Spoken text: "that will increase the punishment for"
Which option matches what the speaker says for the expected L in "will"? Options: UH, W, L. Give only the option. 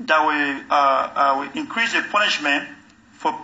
W